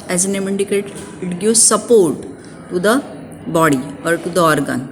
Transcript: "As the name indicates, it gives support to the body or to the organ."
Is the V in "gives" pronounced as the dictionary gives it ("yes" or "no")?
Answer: no